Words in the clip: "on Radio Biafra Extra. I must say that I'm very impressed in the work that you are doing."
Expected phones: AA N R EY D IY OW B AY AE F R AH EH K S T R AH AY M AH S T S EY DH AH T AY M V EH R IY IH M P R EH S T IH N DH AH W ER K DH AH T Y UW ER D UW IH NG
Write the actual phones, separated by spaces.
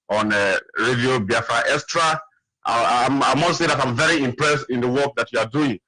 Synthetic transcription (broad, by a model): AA N R EY D IY OW B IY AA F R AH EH S T R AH AY M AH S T S EY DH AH T AY M V EH R IY IH M P R EH S T IH N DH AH W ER K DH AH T Y UW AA D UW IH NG